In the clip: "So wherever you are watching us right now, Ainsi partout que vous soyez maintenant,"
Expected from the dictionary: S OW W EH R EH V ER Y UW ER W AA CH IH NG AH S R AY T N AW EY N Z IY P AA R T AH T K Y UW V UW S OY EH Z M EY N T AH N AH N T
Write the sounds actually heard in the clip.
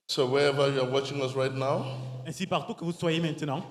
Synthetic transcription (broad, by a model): S OW W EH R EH V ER Y UW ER W AA CH IH NG AH S R AY T N AW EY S IY P AA R T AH K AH V UW S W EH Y M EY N T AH N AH